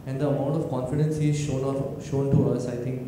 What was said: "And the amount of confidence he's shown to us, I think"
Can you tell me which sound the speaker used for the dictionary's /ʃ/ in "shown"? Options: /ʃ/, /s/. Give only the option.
/ʃ/